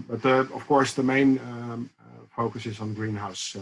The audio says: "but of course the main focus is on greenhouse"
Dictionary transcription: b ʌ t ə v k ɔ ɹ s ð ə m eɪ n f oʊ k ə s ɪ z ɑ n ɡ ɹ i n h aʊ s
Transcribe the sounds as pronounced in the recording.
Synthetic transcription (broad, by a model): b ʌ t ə f k ɔ ɹ s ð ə m eɪ n f oʊ k ə s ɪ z ɑ n ɡ ɹ i n h aʊ s